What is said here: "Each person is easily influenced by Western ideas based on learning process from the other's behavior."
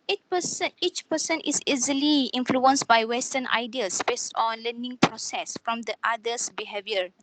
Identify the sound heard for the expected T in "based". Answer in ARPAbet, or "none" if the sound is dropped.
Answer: T